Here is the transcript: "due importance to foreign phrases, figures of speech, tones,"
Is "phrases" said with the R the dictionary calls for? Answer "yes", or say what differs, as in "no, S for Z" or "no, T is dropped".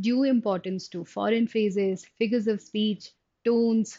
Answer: no, R is dropped